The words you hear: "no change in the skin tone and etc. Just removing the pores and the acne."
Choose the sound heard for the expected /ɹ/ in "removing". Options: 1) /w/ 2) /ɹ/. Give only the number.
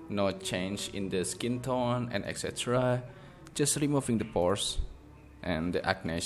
2